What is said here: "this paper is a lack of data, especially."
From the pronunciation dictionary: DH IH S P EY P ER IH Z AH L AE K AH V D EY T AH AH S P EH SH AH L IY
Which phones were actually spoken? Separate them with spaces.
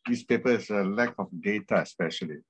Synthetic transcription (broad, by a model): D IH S P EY P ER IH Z AH L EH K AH F D EY T AH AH S P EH SH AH L IY